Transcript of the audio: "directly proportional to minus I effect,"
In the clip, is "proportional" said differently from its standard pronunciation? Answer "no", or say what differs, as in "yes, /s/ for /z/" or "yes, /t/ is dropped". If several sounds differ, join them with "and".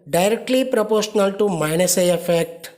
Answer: no